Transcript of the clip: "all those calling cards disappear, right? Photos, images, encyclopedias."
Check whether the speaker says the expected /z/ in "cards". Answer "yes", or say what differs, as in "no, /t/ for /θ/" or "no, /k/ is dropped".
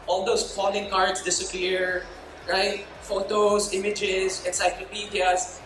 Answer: no, /s/ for /z/